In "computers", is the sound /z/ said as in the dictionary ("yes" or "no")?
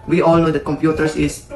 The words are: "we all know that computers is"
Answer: no